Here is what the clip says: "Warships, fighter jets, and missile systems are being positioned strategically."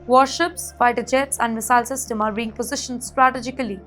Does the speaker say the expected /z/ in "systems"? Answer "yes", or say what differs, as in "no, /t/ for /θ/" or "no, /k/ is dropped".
no, /z/ is dropped